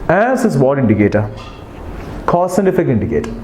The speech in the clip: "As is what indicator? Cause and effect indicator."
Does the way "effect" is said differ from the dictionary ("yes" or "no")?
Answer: yes